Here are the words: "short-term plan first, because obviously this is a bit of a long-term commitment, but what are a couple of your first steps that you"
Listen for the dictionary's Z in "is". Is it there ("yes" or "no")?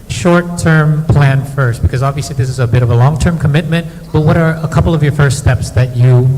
yes